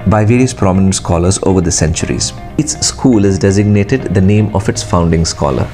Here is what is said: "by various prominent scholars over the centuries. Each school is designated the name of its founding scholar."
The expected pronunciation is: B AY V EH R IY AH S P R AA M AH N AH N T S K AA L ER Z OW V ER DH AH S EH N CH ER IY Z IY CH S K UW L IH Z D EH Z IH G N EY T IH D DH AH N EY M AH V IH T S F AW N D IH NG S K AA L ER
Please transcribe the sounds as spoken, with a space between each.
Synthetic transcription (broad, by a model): B AY V EH R IY AH S P R AA M AH N AH N T S K AA L ER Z OW V ER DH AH S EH N CH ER IY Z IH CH S K UW L IH Z D EH Z IH G N EY T IH D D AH N EY M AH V IH T S F AW N D IH NG S K AA L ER